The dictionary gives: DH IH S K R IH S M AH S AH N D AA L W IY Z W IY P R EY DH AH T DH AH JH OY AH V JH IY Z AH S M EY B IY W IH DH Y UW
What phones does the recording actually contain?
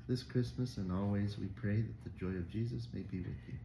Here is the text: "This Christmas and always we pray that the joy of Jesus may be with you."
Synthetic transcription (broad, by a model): DH IH S K R IH S M AH S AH N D AA L W IY Z W IY P R EY DH AH T DH AH JH OY AH V JH IY Z AH S M EY B IY W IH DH Y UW